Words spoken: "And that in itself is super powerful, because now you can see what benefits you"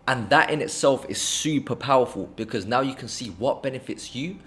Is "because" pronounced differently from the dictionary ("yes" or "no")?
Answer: no